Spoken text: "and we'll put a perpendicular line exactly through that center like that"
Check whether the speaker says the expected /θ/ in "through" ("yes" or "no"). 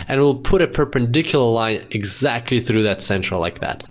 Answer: yes